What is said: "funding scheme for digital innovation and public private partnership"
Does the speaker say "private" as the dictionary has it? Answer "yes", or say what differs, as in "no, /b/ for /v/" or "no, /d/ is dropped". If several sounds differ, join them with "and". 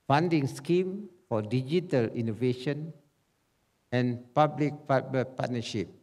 no, /ɹ/ is dropped